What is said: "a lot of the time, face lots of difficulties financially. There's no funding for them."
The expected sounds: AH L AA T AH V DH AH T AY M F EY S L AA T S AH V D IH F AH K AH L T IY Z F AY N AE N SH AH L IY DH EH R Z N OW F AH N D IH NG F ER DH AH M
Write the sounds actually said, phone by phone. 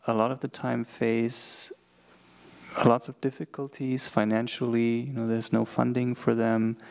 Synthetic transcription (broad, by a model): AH L AA T AH V DH AH T AY M F EY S L AA T S AH V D IH F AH K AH L T IY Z F AY N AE N SH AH N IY DH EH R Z N OW F AH N D IH NG F ER DH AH M